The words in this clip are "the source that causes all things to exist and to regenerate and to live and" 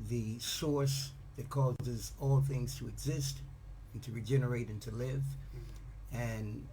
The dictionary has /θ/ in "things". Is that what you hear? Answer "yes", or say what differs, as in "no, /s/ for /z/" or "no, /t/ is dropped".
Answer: yes